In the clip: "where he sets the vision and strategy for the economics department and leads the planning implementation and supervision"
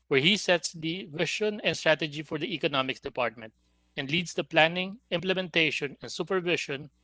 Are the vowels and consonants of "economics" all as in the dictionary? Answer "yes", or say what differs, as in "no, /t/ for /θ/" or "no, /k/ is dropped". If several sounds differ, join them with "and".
no, /s/ is dropped